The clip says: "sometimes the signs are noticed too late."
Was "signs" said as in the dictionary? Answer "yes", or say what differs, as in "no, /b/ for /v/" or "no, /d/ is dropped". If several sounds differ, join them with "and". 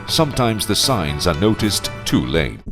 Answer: yes